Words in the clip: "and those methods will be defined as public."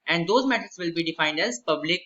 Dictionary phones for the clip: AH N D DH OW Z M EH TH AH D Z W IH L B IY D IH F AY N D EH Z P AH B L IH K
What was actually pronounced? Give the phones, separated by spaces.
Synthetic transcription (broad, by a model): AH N D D OW Z M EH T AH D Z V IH L B IY D IH F AY N D EH Z P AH B L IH K